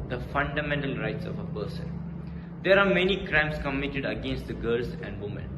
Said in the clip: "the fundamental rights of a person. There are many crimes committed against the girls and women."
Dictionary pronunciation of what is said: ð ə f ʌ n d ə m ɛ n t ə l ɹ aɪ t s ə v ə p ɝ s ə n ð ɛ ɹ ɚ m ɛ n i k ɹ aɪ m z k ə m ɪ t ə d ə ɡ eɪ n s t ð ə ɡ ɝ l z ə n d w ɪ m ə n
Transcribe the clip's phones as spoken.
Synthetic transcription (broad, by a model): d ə f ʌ n d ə m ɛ n t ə l ɹ aɪ t s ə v ə p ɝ s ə n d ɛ ɹ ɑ m ɛ n i k ɹ aɪ m s k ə m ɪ t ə d ə ɡ eɪ n s t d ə ɡ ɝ l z ə n d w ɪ m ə n